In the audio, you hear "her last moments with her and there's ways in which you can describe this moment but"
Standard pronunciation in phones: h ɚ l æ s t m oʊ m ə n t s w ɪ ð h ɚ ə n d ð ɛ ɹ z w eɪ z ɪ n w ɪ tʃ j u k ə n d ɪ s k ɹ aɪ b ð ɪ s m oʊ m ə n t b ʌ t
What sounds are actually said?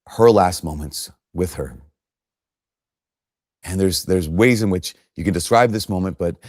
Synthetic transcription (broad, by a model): h ɚ l æ s t m oʊ m ə n t s w ɪ ð ɚ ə n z ð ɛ ɹ z w eɪ z ɪ n w ɪ tʃ j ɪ k ə n d ɪ s k ɹ aɪ b ð ɪ s m oʊ m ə n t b ʌ t